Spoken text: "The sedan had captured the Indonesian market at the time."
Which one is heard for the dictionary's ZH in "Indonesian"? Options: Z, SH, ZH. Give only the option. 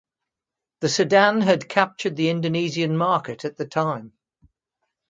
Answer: Z